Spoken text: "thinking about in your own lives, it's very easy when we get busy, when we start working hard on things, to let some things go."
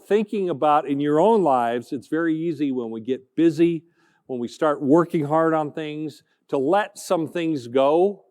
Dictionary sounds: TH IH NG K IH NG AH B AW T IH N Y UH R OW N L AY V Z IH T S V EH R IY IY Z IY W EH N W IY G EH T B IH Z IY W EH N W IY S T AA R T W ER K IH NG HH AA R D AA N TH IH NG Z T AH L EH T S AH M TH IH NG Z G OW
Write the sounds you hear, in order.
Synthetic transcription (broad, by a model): TH IH NG K IH NG AH B AW T IH N Y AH R OW N L AY V Z IH T S V EH R IY IY Z IY W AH N W IY G EH T B IH Z IY W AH N W IY S T AA R T W ER K IH NG HH AA R D N TH IH NG Z T AH L EH T S AH M TH IH NG Z G OW